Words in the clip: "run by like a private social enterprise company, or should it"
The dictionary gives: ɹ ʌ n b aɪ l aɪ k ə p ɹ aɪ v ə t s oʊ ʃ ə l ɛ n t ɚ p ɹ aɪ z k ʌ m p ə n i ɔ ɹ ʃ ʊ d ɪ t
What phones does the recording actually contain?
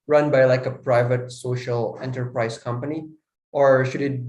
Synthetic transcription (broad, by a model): ɹ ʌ n b aɪ l aɪ k ə p ɹ aɪ v ə t s oʊ ʃ ə l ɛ n t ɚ p ɹ aɪ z k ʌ m p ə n i ɔ ɹ ʃ ʊ d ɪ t